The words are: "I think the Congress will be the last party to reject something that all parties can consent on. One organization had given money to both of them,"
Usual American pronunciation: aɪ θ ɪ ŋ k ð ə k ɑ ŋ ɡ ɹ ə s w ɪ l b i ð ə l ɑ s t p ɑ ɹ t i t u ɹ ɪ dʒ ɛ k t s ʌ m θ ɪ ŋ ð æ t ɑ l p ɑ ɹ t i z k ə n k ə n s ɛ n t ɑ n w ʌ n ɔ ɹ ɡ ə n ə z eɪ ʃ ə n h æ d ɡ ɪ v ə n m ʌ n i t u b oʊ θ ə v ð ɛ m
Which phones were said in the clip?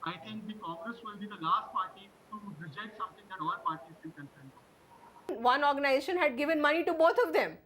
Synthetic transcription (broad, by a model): aɪ t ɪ ŋ k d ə k ɑ ŋ ɡ ɹ ə s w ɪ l b i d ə l ɑ s t p ɑ ɹ t i t u ɹ ɪ dʒ ɛ k t s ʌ m t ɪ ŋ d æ t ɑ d p ɑ ɹ t i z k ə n k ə n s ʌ t n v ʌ n ɔ ɹ ɡ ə n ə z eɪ ʃ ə n h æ d ɡ ɪ v ə n m ʌ n i t u b oʊ t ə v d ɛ m